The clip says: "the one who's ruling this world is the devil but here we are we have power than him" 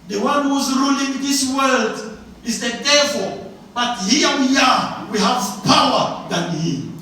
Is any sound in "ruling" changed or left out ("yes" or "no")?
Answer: no